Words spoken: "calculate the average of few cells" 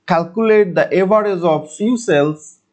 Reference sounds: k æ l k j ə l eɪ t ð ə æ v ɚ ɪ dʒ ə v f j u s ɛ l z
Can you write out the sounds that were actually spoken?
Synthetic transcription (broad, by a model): k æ l k j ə l eɪ t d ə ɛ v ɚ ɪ z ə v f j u s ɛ l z